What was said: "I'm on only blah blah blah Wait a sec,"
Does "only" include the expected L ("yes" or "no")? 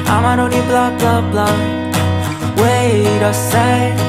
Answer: no